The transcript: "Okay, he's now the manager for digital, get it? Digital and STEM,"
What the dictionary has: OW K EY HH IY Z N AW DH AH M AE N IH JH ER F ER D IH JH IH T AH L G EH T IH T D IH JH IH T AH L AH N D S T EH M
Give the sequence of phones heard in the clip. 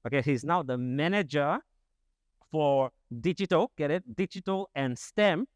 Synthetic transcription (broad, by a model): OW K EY HH IY Z N AW DH AH M AE N IH JH ER F ER D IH JH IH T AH L G EH T IH T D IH JH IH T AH L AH N S T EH M